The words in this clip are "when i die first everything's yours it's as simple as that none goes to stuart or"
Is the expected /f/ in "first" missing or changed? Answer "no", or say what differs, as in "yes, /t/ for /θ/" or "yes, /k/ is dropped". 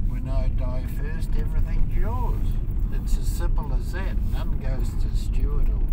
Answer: no